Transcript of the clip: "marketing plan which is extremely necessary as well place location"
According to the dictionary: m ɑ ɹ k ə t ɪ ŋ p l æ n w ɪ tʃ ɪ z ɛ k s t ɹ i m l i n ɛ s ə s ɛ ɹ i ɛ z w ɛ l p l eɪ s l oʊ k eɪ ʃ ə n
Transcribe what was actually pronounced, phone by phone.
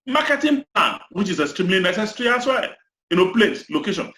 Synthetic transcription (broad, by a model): m ɑ k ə t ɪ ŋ p l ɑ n w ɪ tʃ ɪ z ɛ s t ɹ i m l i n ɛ s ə s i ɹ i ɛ s w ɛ n p l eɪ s l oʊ k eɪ ʃ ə n